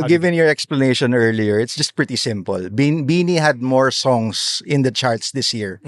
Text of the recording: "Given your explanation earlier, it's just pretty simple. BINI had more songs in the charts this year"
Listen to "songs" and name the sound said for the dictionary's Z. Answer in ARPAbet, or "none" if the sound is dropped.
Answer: S